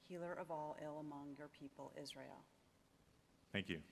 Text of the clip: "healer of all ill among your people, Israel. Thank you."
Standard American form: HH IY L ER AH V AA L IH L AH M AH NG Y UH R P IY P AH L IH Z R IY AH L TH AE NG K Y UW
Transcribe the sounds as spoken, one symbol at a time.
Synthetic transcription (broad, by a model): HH IY L ER AH V AA L IH L AH M AH NG Y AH R P IY P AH L IH Z R IY AH L TH AE NG K Y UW